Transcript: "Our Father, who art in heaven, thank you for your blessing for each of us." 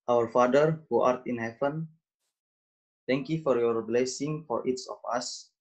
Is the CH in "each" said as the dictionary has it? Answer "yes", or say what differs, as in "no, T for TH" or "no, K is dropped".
no, S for CH